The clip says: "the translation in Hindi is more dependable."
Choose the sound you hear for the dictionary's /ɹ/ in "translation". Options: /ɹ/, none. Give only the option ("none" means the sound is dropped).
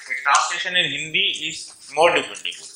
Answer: none